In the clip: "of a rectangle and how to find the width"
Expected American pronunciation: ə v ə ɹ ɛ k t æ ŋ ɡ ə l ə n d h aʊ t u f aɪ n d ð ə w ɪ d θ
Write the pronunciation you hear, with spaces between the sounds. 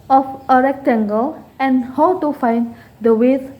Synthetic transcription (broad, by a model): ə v ə ɹ ɛ k t æ ŋ ɡ ə l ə n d h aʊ t u f aɪ n d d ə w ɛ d